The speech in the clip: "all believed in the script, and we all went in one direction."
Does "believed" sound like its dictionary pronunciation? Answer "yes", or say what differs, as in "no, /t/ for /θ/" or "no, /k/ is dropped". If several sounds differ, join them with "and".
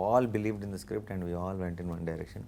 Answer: yes